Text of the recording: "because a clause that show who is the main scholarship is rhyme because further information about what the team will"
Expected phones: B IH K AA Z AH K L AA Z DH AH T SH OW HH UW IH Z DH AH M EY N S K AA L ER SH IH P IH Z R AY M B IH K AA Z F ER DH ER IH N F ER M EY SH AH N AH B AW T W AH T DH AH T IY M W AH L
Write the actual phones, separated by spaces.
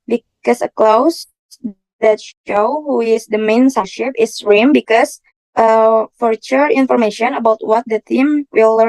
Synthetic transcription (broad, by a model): B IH K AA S AH K L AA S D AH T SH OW HH UW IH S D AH M EY N S AA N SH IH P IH S R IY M B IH K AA S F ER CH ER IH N F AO M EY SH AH N AH B AW T W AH T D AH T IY M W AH L